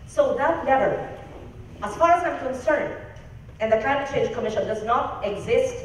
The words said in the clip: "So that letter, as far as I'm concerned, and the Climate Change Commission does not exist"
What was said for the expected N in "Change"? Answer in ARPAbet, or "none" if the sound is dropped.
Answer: none